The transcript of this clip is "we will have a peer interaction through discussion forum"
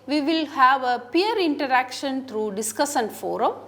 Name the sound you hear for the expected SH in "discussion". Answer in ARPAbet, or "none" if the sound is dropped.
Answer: S